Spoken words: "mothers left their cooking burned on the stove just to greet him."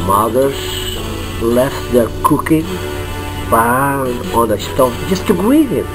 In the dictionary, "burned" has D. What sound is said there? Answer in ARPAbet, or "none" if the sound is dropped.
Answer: none